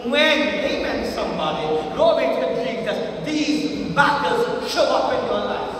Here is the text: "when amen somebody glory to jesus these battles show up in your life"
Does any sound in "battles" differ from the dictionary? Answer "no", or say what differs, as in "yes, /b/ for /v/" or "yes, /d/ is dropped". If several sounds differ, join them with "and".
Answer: yes, /l/ is dropped